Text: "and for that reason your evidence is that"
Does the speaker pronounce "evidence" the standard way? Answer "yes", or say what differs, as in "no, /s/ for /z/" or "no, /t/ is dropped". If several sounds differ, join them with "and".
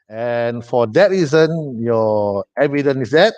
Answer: no, /s/ is dropped